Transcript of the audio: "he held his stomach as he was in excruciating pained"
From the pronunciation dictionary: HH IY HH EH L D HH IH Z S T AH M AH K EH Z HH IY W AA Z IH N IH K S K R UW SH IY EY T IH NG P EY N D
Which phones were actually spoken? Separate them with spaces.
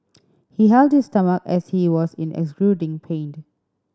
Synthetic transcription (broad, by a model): HH IY HH EH L D HH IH S T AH M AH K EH S HH IY W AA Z IH N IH K S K L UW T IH NG P EY N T